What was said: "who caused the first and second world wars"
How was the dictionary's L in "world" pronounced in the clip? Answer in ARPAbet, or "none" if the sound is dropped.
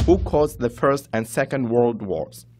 L